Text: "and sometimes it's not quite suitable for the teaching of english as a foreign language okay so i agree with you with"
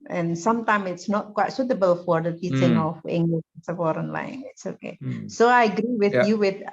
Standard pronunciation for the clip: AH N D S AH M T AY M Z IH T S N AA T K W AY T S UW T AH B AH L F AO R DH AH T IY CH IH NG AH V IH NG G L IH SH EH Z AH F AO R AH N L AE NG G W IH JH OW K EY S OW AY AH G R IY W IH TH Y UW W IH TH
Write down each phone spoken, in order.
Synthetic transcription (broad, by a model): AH N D S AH M T AY M IH T S N AA T K W AY T S UW T AH B AH L F AO R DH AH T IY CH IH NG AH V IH NG G L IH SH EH S AH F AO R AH N L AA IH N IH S OW K EY S OW AY AH G R IY W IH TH Y UW W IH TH